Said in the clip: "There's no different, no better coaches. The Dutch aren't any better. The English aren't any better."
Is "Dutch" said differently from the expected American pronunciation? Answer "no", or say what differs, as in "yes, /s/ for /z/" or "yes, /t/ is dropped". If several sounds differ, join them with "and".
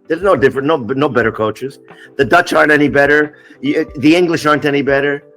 no